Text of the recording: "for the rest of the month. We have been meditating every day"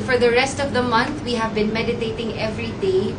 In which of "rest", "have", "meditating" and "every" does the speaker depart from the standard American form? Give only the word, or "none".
none